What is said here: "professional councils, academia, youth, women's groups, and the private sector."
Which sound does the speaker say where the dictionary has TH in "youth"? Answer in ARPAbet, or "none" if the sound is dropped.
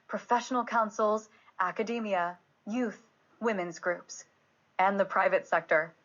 TH